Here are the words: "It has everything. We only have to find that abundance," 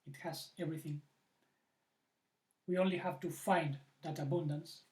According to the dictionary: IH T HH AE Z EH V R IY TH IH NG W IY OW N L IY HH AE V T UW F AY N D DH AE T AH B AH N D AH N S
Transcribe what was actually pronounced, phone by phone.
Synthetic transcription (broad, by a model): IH T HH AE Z EH V R IY TH IH NG W IY OW N L IY HH AE V T UW F AY N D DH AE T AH B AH N D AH N S